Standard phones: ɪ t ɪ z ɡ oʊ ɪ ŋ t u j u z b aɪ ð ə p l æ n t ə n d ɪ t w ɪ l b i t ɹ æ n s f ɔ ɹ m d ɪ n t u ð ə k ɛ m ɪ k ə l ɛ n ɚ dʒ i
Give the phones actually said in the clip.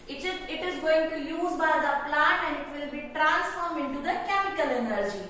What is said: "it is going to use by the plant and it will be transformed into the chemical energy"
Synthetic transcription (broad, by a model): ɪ t ɪ z ɡ oʊ ɪ ŋ t u j u z b aɪ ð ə p l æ n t ə n d ɪ t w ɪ l b i t ɹ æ n s f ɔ ɹ m ɪ n t u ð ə k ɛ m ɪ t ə l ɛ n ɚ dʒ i